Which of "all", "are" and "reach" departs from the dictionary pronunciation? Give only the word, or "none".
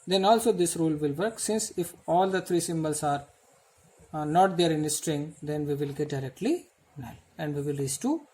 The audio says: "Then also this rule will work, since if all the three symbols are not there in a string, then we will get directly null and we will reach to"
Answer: reach